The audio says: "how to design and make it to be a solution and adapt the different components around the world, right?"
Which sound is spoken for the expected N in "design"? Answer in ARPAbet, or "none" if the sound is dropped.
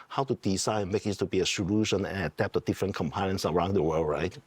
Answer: none